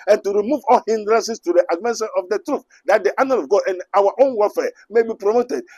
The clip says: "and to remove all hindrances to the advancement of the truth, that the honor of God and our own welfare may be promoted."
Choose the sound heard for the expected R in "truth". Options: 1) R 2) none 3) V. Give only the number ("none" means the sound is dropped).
1